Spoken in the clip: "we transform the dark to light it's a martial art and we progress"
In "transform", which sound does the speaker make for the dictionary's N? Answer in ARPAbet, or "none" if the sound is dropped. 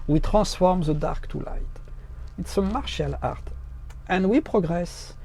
none